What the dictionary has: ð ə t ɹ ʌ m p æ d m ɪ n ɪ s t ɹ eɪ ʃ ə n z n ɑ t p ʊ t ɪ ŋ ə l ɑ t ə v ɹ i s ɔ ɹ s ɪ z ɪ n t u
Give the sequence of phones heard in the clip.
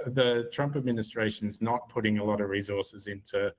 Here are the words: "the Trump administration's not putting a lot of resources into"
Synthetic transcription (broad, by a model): ð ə t ɹ ʌ m p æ d m ɪ n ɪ s t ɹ eɪ ʃ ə n z n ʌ t p ʊ t ɪ ŋ ə l ɑ t ə v ɹ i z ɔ ɹ s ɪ z ɪ n t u